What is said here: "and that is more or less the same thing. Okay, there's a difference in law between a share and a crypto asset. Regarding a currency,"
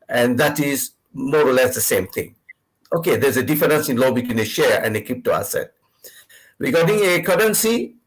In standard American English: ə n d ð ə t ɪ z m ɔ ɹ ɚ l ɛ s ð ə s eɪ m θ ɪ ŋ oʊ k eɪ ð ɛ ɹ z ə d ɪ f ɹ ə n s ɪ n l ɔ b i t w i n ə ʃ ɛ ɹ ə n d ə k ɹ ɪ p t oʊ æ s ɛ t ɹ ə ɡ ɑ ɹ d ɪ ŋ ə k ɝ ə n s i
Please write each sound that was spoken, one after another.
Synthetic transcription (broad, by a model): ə n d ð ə t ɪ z m ɔ ɹ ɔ l ɛ s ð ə s eɪ m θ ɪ ŋ oʊ k eɪ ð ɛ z ə d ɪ f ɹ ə n s ɪ n l ɔ b i t w i n ə ʃ ɛ ɹ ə n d ə k i p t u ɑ s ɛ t ɹ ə ɡ ɑ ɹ d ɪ ŋ ə k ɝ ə n s i